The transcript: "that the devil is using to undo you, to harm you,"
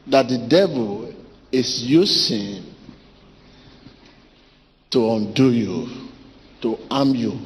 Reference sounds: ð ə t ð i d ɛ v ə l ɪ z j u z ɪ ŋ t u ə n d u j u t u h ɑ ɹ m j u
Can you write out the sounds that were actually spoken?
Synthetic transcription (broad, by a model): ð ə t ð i d ɛ v ə l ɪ s j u s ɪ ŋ t u ə n d u j u t u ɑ m j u